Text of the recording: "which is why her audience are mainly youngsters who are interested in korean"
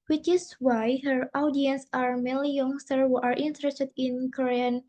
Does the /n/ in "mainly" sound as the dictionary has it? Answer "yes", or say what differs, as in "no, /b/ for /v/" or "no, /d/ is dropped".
no, /n/ is dropped